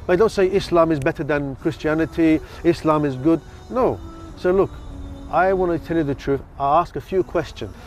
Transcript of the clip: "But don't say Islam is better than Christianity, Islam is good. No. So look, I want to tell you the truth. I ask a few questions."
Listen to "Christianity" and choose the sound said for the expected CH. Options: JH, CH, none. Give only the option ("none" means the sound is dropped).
CH